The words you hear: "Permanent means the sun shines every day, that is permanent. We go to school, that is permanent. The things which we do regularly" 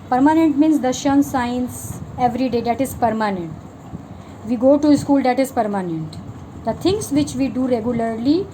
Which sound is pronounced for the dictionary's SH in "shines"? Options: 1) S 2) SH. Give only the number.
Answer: 1